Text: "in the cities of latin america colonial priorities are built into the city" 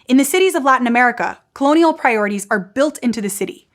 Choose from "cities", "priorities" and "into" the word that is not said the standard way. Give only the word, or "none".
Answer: none